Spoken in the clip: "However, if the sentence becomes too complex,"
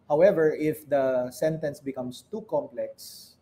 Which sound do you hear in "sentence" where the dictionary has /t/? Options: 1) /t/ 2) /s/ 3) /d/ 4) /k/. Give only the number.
1